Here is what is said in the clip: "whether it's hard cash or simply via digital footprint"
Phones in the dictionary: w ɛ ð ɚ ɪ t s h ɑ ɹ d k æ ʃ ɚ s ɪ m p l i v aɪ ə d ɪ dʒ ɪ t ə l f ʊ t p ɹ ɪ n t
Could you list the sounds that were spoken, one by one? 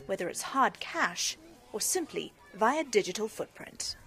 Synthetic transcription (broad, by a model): w ɛ ð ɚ ɪ t s h ɑ ɹ d k æ ʃ ɚ s ɪ m p l i v aɪ ə d ɪ dʒ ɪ t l f ʊ t p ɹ ɪ n t